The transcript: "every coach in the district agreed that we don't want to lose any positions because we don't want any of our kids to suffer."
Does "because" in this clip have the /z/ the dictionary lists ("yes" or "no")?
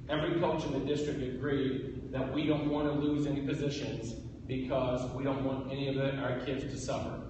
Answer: yes